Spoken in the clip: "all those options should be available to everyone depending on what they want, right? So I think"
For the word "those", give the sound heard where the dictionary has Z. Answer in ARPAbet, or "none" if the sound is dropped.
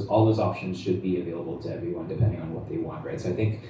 Z